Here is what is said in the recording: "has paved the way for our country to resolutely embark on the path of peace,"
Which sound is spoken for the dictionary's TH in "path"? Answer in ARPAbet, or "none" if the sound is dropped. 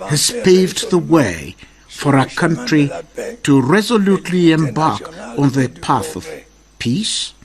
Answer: TH